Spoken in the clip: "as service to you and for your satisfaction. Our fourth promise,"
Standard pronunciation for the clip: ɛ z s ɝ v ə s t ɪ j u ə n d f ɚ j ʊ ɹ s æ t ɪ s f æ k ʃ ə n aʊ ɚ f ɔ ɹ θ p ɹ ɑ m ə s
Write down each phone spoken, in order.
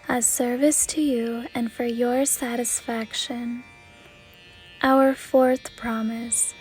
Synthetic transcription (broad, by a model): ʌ s ɝ v ə s t ɪ j u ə n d f ɚ j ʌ ɹ s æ t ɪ s f æ k ʃ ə n aʊ ɚ f ɔ ɹ θ p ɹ ɑ m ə s